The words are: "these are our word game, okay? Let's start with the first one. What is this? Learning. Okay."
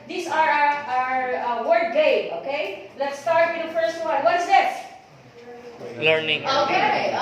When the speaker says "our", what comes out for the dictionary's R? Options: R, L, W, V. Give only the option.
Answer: R